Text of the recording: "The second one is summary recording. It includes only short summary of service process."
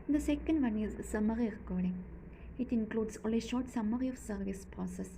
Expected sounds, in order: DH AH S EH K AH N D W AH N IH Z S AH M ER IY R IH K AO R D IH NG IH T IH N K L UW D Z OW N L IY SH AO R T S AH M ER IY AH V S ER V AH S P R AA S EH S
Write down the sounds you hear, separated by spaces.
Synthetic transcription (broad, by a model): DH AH S EH K AH N D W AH N IH Z S AH M ER IY R IH K AO R D IH NG IH T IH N K L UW D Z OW L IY SH AO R T S AH M ER IY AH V S ER V AH S P R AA S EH S